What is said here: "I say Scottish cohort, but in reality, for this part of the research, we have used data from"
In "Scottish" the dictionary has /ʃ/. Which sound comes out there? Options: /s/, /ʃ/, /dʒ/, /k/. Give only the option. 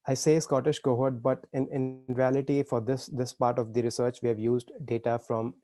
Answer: /ʃ/